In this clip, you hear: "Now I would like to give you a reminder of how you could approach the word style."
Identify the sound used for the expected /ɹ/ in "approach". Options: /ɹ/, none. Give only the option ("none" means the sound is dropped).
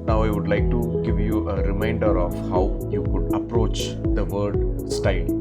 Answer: /ɹ/